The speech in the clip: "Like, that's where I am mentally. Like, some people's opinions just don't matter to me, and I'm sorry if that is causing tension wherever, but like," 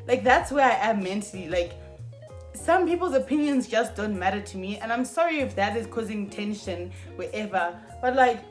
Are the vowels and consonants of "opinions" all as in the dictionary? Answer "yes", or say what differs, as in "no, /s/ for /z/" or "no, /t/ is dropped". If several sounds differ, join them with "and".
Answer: yes